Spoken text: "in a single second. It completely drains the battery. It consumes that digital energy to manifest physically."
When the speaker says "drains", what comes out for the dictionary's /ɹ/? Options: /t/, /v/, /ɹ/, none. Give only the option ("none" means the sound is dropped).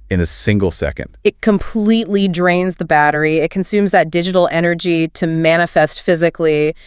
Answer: /ɹ/